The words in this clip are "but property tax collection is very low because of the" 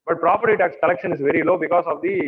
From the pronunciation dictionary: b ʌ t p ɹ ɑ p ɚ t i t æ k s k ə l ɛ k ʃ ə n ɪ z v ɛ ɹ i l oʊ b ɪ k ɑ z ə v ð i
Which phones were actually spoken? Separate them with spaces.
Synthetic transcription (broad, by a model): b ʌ t p ɹ ɑ p ɚ t i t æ k s k ə l ɛ k ʃ ə n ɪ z v ɛ ɹ i l oʊ b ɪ k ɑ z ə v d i